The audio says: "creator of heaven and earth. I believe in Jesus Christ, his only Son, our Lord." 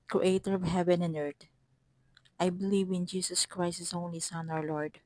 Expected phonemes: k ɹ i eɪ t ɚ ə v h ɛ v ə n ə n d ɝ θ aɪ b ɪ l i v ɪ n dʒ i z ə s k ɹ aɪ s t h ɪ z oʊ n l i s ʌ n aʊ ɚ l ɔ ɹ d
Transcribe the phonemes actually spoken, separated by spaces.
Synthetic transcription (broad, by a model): k ɹ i eɪ t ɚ ə v h ɛ v ə n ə n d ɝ t aɪ b ɪ l i v ɪ n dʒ i s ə s k ɹ aɪ s t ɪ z oʊ n l i s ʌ n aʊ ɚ l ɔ ɹ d